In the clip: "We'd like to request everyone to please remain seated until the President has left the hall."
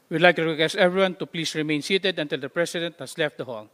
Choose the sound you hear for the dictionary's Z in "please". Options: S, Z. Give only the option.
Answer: S